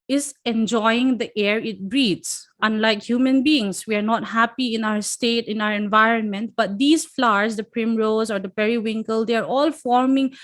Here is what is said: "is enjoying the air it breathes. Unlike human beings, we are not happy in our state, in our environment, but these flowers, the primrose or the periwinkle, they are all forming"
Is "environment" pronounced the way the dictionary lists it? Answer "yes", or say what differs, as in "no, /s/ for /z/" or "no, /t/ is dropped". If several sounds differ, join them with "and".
yes